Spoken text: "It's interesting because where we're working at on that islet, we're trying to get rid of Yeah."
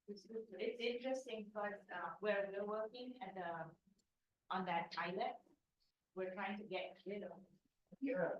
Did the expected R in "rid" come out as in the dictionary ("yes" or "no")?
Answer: no